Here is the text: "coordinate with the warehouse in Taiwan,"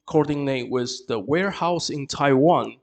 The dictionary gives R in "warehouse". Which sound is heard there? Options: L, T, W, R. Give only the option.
R